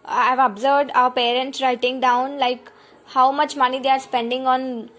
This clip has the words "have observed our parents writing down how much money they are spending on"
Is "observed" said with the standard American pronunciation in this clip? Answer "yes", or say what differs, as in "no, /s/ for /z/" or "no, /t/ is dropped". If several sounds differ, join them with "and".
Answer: yes